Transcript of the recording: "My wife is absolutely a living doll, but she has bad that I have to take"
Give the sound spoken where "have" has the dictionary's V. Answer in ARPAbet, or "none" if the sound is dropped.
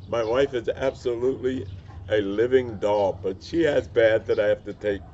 F